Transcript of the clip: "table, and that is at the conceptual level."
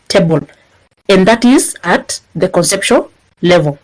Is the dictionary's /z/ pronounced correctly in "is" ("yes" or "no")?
yes